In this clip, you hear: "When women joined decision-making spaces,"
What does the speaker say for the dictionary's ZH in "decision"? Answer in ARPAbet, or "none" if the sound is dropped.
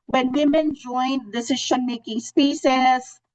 SH